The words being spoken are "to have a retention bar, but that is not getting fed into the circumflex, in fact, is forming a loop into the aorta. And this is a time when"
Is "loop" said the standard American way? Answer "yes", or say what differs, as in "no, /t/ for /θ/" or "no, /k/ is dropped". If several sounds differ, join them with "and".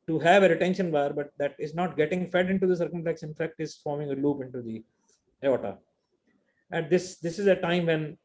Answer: yes